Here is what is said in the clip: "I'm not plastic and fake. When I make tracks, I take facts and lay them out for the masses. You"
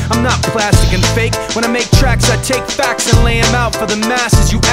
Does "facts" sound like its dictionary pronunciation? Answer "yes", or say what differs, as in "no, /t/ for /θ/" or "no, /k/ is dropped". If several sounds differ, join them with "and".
yes